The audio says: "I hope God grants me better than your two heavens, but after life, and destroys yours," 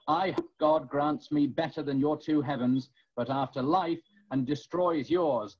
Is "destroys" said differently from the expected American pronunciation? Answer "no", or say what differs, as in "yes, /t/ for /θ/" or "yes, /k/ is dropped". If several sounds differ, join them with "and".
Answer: no